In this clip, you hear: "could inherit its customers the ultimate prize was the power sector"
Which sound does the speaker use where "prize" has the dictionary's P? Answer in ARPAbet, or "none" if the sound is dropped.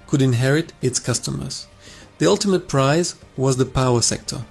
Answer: P